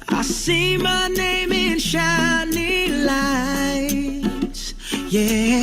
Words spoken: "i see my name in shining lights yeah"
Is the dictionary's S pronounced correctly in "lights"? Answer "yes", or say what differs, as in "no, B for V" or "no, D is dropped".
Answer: no, S is dropped